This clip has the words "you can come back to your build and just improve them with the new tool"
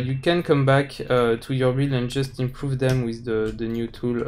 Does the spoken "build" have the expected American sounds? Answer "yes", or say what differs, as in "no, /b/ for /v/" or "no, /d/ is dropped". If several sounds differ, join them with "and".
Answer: no, /d/ is dropped